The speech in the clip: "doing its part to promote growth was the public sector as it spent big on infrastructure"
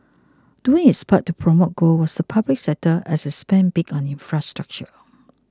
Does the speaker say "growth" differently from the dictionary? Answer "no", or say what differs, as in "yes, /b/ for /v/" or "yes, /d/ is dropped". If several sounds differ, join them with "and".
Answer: yes, /ɹ/ is dropped